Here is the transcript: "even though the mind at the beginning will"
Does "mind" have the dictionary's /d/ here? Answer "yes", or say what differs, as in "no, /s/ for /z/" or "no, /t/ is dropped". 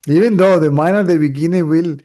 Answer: no, /d/ is dropped